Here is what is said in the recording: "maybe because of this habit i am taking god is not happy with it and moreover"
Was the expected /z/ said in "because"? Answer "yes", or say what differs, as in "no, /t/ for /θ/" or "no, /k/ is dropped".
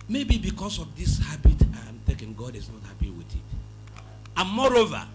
no, /s/ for /z/